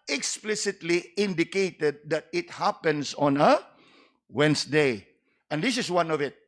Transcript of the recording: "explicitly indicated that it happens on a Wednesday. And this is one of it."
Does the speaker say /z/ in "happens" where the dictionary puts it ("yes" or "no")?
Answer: no